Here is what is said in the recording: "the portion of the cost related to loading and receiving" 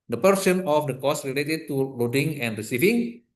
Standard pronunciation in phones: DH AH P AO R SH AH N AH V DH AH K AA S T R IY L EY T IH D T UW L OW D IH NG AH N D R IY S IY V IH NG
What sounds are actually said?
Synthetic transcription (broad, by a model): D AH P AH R S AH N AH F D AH K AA S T R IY L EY T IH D T UW L OW D IH NG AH N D R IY S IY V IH NG